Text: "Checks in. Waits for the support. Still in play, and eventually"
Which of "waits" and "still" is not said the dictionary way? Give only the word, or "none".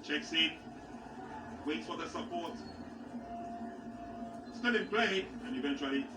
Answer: still